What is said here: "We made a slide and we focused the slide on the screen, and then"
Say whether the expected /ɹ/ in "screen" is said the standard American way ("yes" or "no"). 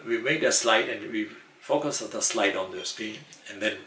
no